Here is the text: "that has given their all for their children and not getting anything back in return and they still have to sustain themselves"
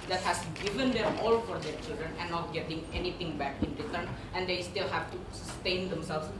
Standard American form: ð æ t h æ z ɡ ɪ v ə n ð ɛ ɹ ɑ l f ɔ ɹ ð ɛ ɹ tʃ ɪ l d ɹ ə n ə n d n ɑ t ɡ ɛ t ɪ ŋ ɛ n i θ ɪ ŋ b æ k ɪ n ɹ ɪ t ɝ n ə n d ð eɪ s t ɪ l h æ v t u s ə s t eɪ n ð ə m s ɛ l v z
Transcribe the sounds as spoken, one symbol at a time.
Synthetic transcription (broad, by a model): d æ t h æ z ɡ ɪ v ə n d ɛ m ɑ l f ɔ ɹ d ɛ ɹ tʃ ɪ l d ɹ ə n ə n n ɑ t ɡ ɛ t ɪ ŋ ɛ n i t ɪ ŋ b æ k ɪ n ɹ ɪ t ɝ n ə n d eɪ s t ɪ l h æ v t u s ə s t eɪ n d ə m s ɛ l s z